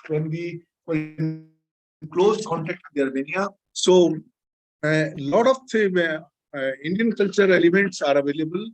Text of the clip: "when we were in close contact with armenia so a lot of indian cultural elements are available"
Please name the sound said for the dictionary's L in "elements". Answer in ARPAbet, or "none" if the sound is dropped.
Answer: none